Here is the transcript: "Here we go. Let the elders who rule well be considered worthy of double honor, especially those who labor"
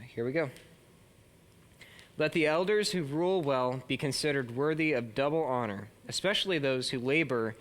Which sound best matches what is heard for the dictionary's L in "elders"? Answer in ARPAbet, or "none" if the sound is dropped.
L